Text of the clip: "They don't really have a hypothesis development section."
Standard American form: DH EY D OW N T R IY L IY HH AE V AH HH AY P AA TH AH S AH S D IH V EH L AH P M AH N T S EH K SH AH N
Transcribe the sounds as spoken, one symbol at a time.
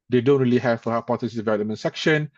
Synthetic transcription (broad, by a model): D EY D OW N T R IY L IY HH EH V AH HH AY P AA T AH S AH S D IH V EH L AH M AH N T S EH K SH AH N